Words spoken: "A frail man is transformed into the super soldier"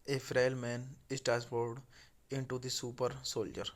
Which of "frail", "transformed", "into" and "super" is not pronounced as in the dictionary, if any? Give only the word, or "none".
transformed